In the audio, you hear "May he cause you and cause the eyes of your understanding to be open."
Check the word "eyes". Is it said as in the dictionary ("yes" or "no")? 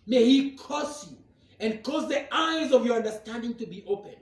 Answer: yes